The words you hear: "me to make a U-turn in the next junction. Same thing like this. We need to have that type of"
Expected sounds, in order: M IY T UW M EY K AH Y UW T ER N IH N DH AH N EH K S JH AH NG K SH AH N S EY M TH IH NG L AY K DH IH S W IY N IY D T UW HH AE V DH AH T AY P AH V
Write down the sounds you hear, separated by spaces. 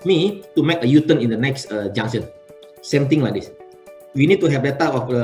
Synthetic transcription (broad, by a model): M IY T UW M EY K AH Y UW T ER N IH N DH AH N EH K S JH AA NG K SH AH N S EY M T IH NG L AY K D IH S W IY N IY D T UW HH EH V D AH T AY AH